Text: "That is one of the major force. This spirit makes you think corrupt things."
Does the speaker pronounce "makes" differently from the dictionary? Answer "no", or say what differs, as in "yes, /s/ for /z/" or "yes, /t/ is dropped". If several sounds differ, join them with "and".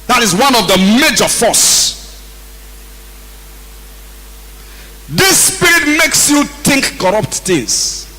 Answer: no